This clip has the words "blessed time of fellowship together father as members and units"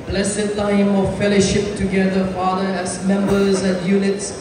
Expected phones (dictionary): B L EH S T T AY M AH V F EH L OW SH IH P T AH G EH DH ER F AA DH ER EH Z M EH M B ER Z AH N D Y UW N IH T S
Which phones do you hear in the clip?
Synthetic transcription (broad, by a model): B L EH S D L AY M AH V F EH L OW SH IH P T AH G EH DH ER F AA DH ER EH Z M EH M B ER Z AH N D Y UW N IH T S